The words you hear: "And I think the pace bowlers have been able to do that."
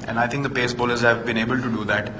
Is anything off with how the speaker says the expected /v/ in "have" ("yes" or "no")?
no